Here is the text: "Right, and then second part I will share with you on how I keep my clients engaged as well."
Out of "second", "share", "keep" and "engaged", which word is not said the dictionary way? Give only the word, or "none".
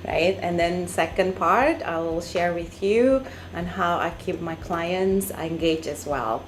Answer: engaged